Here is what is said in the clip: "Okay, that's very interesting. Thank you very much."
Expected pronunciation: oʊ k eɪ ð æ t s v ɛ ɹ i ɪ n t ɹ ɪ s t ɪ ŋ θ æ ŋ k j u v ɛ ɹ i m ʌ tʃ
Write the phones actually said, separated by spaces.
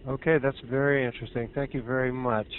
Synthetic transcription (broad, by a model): oʊ k eɪ ð æ t s v ɛ ɹ i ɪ n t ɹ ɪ s t ɪ ŋ θ æ ŋ k j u v ɛ ɹ i m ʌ tʃ